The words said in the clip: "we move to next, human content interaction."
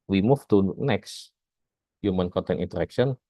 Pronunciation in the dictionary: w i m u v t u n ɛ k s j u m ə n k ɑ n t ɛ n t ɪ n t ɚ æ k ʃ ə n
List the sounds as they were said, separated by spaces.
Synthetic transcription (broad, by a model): w i m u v t u n ɛ k s j u m ə n k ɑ n t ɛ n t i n t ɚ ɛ k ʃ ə n